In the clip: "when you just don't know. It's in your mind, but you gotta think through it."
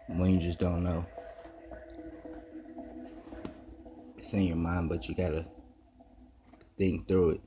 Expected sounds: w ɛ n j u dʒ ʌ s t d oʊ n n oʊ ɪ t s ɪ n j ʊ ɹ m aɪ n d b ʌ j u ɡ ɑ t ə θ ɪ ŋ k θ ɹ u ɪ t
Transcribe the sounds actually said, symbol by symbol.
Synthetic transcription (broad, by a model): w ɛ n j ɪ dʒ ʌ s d oʊ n n oʊ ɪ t s ɪ n j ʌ ɹ m aɪ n b ʌ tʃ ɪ ɡ ɑ t ə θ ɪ ŋ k θ ɹ u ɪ t